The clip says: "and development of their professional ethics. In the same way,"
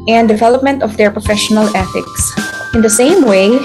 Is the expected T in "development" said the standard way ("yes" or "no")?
yes